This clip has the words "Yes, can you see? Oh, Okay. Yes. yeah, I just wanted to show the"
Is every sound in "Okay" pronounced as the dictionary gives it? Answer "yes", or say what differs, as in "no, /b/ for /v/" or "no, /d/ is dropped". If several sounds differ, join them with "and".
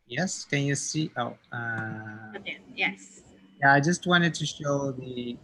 no, /k/ is dropped